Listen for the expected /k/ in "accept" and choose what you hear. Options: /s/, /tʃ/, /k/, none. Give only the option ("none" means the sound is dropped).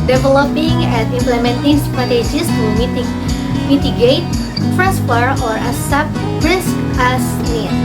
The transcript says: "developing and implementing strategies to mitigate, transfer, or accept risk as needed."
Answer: none